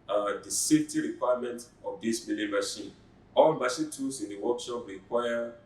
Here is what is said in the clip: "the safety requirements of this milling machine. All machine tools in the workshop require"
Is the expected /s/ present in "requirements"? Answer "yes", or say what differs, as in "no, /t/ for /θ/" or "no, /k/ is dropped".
no, /s/ is dropped